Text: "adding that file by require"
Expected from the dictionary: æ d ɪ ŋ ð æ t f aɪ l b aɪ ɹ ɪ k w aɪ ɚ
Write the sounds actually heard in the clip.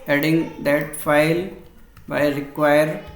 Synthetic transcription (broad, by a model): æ d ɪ ŋ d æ t f aɪ l b aɪ ɹ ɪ k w aɪ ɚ